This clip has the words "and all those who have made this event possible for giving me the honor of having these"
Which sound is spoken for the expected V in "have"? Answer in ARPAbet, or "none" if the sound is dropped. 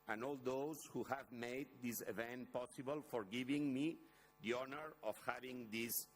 V